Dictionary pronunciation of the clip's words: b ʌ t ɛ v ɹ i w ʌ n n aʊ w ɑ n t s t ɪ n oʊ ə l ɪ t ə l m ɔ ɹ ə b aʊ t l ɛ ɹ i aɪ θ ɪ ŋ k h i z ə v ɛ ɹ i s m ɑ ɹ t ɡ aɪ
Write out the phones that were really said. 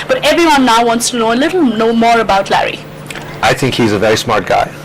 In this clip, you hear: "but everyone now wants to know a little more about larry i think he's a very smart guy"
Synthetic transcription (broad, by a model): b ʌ t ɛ v ɹ i w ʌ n n aʊ w ɑ n t s t ɪ n oʊ ə l ɪ t l m ɔ ɹ ə b aʊ t l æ ɹ i aɪ θ ɪ ŋ k h i z ə v ɛ ɹ i s m ɑ ɹ t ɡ aɪ